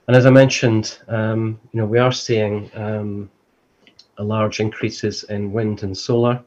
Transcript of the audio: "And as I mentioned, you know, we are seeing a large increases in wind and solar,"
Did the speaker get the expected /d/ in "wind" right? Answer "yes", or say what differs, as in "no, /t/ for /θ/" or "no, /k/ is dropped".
yes